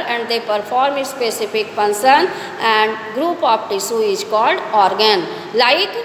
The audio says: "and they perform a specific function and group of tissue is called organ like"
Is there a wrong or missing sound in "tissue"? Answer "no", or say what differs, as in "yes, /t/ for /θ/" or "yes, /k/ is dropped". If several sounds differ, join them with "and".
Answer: yes, /s/ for /ʃ/